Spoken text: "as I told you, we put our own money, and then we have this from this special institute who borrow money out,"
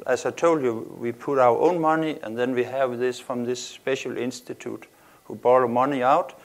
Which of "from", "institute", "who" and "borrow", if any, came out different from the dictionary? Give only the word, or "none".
borrow